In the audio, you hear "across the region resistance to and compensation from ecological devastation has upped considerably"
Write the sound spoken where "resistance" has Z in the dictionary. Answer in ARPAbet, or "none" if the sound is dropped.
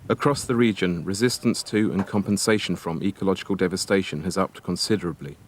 Z